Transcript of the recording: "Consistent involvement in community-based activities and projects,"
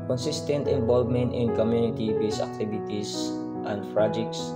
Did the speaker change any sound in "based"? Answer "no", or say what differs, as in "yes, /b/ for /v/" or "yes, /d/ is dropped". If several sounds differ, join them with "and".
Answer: yes, /t/ is dropped